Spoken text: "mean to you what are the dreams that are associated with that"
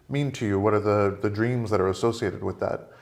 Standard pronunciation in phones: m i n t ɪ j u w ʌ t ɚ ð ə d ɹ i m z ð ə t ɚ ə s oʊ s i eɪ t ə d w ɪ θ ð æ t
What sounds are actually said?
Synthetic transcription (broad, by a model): m i n t ɪ j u w ʌ t ɚ ð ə d ɹ i m z ð ə t ɚ ə s oʊ s i eɪ t ə d w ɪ ð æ t